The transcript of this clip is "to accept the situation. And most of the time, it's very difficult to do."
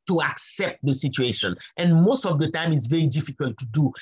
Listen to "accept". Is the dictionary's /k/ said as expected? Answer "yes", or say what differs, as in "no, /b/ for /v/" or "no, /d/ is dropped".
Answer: yes